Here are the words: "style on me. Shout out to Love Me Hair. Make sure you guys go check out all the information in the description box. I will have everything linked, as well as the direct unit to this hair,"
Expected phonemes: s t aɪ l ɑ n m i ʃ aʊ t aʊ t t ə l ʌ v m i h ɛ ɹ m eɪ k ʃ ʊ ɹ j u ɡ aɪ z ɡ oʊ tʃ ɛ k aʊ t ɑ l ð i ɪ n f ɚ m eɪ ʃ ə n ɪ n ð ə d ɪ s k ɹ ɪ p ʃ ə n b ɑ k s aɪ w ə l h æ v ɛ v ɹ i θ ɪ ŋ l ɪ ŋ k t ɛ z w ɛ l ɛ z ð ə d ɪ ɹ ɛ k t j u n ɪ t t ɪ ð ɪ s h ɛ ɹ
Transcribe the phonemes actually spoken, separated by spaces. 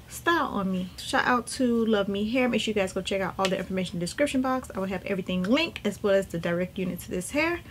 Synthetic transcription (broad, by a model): s t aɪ ɑ n m i ʃ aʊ t aʊ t t ə l ʌ v m i h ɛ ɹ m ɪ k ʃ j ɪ ɡ aɪ z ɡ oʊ tʃ ɛ k aʊ t ɑ l ð i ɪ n f ɚ m eɪ ʃ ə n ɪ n d ɪ s k ɹ ɪ p ʃ ə n b ɑ k s aɪ w ə l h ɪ v ɛ v ɹ i θ ɪ ŋ l ɪ ŋ k ɪ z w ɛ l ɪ z ð ə d ɪ ɹ ɛ k t j u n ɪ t t ɪ ð ɪ s h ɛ ɹ